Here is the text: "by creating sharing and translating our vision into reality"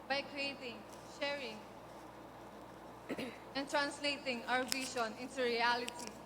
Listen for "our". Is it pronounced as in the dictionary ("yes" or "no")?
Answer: no